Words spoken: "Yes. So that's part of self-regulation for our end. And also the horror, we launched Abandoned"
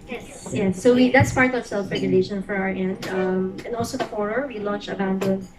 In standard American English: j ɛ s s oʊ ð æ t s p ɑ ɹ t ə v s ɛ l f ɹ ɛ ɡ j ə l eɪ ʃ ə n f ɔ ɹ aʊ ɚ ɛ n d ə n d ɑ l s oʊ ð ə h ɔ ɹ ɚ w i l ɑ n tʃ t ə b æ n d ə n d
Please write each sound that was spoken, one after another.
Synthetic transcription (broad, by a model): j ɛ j s oʊ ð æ t s p ɑ ɹ t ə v s ɛ l f ɹ ɛ ɡ j ə l eɪ ʃ ə n f ɔ ɹ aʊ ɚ ɛ n d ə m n ɑ l s oʊ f ɔ ɹ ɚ w i l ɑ n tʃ ə b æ n d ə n